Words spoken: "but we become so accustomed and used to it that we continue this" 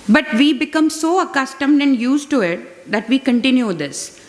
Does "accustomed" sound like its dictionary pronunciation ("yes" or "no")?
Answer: yes